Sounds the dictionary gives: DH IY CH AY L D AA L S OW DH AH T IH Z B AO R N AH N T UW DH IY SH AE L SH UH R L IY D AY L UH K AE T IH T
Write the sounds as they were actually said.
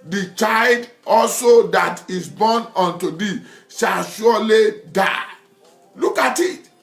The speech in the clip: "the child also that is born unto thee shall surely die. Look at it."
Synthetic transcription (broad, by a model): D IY CH AY L D AA L S OW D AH T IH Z B AO N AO N T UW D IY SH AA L SH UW L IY D AY L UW K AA T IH T